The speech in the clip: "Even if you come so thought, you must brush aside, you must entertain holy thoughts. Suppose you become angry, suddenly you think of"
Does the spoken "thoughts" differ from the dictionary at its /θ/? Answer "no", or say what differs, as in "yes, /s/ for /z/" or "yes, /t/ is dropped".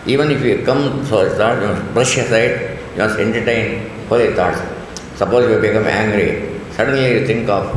yes, /t/ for /θ/